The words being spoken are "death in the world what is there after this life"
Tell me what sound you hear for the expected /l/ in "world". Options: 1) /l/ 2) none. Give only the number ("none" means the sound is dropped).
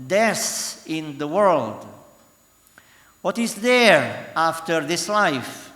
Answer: 1